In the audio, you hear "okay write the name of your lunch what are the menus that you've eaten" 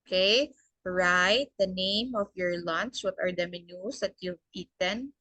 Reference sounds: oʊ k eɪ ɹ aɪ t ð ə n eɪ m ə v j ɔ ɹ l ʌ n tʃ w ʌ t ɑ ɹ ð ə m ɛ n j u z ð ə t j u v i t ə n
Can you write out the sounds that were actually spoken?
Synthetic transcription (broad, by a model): k eɪ ɹ aɪ t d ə n eɪ m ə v j ɔ ɹ l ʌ n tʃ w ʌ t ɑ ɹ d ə m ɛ n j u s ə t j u p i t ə n